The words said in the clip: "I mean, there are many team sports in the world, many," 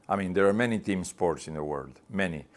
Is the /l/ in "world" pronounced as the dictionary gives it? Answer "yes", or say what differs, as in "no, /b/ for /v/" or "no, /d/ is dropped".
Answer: yes